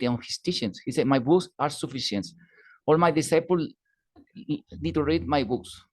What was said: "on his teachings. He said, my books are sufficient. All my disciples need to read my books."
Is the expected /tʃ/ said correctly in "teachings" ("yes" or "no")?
no